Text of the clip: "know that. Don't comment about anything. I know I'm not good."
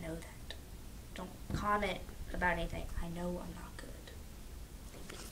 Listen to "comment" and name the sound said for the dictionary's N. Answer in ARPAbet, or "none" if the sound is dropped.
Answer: none